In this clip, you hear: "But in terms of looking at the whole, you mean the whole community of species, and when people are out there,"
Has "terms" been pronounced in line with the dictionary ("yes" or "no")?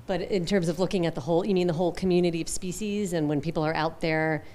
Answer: yes